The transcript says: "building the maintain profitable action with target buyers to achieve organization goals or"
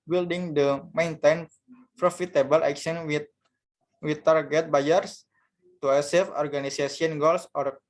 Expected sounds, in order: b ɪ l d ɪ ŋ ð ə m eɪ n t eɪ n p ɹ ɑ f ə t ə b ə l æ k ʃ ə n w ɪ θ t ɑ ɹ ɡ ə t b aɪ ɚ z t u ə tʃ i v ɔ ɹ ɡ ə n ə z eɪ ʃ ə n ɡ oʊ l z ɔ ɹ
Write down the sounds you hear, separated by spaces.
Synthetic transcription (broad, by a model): b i l d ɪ ŋ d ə m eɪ n t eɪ n p ɹ ɑ f ə t ə b ə l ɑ k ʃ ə n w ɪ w t ɑ ɹ ɡ ə t b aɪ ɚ s t u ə s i f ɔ ɹ ɡ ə n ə s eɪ s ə n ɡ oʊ l s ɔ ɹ